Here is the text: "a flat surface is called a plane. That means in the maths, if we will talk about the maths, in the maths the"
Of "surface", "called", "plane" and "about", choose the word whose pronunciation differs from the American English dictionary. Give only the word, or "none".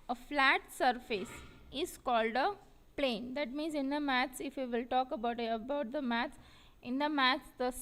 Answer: none